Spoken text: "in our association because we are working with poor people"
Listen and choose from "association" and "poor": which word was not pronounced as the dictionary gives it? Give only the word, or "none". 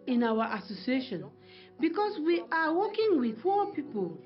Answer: poor